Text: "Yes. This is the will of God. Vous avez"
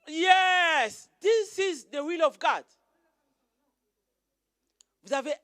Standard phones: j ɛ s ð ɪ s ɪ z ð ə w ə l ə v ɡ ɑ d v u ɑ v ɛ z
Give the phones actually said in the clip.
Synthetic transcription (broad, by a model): j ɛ s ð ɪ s ɪ z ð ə w ə l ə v ɡ ɑ d w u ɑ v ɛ